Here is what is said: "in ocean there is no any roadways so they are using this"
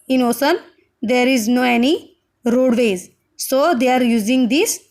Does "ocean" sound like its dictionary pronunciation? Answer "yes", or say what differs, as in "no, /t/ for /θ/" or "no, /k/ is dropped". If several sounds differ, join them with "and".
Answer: no, /s/ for /ʃ/